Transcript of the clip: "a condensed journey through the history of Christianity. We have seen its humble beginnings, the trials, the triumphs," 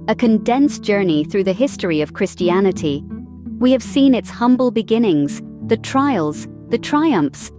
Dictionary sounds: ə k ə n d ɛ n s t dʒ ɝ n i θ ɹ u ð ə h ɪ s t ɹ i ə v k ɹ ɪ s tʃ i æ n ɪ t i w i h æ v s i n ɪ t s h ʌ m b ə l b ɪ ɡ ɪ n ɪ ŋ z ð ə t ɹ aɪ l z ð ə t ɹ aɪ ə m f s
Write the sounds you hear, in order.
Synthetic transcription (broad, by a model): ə k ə n d ɛ n s dʒ ɝ n i θ ɹ u ð ə h ɪ s t ɹ i ə v k ɹ ɪ s tʃ i æ n ɪ t i w i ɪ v s i n ɪ t s h ʌ m b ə l b ɪ ɡ ɪ n ɪ ŋ z ð ə t ɹ aɪ l z ð ə t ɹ aɪ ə m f s